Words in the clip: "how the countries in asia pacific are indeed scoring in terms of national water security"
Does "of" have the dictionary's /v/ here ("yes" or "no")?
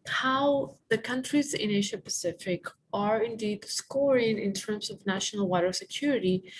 yes